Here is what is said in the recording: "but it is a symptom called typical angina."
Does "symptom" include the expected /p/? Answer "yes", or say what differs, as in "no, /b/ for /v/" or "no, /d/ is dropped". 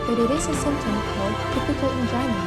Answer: no, /p/ is dropped